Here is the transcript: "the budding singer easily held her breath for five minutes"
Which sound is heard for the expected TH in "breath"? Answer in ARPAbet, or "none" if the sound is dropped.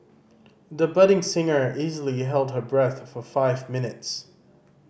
TH